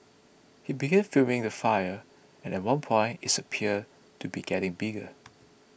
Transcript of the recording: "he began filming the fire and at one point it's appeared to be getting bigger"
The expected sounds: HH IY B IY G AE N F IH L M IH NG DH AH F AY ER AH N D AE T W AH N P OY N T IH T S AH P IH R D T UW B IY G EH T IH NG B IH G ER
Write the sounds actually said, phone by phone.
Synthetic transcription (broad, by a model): HH IY B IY G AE N F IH M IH NG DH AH F AY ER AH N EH T W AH N P OY N T IH T S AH P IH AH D T UW B IY G EH T IH NG B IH G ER